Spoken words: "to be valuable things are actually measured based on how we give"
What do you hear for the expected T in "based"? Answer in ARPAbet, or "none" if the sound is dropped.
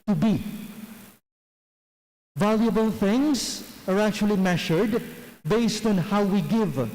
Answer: T